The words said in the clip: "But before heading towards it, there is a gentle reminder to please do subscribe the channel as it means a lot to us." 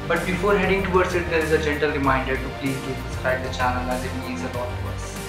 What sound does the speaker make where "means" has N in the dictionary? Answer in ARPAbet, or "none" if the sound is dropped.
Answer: none